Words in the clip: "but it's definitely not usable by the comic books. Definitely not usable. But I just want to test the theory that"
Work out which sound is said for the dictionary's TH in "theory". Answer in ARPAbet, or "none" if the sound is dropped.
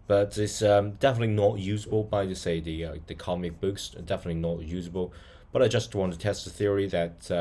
TH